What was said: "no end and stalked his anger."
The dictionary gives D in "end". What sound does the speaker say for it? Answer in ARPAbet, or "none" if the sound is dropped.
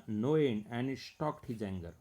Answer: none